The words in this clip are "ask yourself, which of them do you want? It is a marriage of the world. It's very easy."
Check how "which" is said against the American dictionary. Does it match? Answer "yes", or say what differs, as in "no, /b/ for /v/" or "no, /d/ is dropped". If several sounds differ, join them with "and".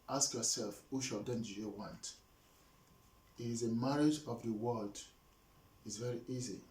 no, /ʃ/ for /tʃ/